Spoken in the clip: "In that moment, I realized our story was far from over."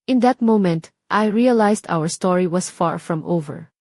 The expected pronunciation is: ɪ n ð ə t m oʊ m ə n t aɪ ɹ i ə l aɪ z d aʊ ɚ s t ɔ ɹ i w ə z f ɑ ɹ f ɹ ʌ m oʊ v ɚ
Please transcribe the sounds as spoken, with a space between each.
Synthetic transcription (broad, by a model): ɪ n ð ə t m oʊ m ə n t aɪ ɹ i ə l aɪ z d aʊ ɚ s t ɔ ɹ i w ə s f ɑ ɹ f ɹ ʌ m oʊ v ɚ